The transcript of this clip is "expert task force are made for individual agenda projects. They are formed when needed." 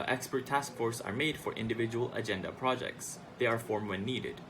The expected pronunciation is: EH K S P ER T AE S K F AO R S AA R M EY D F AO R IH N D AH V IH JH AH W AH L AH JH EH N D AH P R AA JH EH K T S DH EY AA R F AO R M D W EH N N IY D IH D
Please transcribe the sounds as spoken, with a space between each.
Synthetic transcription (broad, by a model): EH K S P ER T AE S K F AO R S AA R M EY D F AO R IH N D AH V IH JH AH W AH L AH JH EH N D AH P R AA JH EH K T S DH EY AA R F AO R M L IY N N IY D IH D